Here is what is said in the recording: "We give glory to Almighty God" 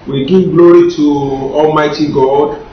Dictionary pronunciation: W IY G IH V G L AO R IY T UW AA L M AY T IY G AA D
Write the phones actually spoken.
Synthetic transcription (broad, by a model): W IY G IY V G L AO R IY T UW AA L M AY T IY G AA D